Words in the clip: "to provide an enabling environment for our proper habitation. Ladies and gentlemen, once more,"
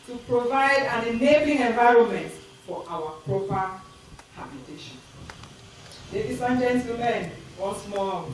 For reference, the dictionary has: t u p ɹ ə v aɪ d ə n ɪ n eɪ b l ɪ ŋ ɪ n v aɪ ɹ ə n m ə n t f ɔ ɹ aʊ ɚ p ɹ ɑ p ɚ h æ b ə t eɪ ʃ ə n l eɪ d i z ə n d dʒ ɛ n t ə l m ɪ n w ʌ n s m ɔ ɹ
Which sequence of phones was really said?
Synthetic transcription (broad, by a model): t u p ɹ ə v aɪ d ə n ɪ n eɪ b l ɪ ŋ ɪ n v aɪ ɹ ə n m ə n t f ɔ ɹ aʊ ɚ p ɹ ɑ p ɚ h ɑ b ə t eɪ ʃ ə n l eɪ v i s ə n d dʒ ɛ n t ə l ɪ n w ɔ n s m ɔ